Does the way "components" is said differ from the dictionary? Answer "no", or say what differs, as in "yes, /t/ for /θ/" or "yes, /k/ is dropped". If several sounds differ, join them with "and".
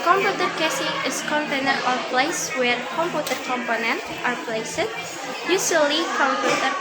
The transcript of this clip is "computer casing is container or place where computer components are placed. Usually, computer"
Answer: yes, /s/ is dropped